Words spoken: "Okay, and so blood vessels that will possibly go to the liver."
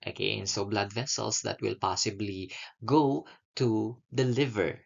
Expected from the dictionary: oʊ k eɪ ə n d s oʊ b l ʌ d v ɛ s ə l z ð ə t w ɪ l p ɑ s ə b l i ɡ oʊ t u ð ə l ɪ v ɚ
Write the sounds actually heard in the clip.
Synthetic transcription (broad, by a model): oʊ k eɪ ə n s oʊ b l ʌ d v ɛ s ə l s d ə t w ɪ l p ɑ s ə b l i ɡ oʊ t u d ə l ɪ v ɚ